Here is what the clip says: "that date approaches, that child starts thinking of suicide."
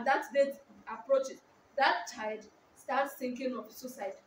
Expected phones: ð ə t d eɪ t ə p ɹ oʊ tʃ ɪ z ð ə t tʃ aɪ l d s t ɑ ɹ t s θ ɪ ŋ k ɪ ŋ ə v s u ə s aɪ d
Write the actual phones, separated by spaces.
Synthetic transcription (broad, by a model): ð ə t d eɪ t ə p ɹ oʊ tʃ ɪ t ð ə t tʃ aɪ d s t ɑ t s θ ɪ ŋ k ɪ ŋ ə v s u s aɪ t